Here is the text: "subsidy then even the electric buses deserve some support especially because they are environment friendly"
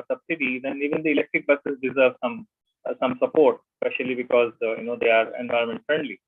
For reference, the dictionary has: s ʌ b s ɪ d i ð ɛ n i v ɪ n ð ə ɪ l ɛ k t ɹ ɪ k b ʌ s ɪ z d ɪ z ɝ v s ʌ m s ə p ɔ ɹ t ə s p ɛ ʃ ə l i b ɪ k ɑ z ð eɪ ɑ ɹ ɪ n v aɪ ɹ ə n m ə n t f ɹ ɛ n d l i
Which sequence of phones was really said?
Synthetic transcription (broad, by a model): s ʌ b s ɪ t i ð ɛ n i v ɪ n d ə ɪ l ɛ k t ɹ ɪ k b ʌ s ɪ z d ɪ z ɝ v s ʌ m s ə p ɔ ɹ t ə s p ɛ ʃ ə l i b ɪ k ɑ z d eɪ ɑ ɹ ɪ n v aɪ ɹ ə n m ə n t f ɹ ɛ n d l i